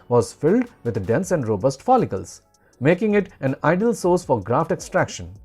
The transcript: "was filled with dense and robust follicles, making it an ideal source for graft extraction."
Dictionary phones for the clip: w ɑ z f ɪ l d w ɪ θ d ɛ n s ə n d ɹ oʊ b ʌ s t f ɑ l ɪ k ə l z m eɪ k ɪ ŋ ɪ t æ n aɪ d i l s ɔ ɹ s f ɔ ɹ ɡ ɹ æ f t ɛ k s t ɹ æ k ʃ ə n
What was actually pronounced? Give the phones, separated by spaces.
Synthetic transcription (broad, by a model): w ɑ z f ɪ l d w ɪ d d ɛ n s ə n d ɹ oʊ b ʌ s t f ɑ l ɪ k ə l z m eɪ k ɪ ŋ ɪ t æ n aɪ d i l s ɔ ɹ s f ɔ ɹ ɡ ɹ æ f t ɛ k s t ɹ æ k ʃ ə n